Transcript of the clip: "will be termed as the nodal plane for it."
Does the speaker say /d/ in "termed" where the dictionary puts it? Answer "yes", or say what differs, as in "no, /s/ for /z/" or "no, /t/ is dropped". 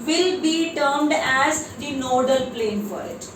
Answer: yes